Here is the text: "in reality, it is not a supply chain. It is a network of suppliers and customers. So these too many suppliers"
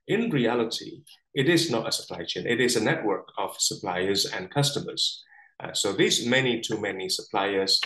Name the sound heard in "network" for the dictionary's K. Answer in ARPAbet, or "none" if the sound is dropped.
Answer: K